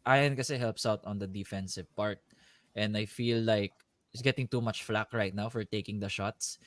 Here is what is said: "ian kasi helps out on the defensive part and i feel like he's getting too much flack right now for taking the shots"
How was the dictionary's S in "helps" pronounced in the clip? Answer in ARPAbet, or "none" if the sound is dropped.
S